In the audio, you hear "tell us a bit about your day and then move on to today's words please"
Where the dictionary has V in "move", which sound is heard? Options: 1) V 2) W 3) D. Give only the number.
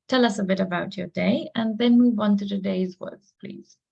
2